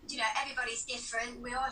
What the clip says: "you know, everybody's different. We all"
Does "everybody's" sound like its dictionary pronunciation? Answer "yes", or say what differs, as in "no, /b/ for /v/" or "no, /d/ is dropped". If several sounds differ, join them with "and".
yes